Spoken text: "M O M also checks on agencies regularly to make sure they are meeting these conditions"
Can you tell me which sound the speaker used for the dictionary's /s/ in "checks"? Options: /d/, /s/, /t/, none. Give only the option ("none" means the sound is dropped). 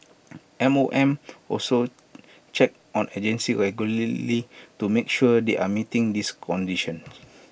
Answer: none